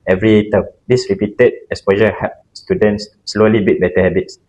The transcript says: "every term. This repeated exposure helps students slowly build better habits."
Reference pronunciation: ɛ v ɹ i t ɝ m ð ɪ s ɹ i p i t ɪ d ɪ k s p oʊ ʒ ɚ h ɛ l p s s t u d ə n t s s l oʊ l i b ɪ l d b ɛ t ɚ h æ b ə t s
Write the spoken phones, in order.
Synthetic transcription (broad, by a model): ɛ v ɹ i t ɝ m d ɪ s ɹ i p i t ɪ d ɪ s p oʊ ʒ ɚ h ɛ p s s t u d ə n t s s l oʊ l i b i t b ɛ t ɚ h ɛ b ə t s